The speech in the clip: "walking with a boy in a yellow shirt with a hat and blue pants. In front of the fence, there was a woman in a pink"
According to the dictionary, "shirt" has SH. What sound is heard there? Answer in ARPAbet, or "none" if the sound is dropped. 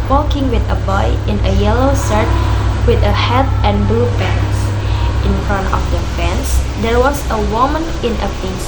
S